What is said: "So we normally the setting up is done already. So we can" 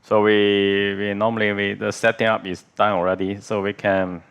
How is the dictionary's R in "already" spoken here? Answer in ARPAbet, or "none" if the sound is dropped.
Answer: R